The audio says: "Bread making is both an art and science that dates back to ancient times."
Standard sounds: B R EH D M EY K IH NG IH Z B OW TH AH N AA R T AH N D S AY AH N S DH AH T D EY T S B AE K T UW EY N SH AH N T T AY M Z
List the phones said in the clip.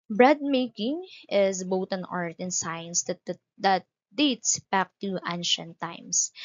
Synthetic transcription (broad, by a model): B R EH D M EY K IH NG IH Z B OW T AH N AA R T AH N S AY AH N S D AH T D EY T S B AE K T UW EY N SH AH N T T AY M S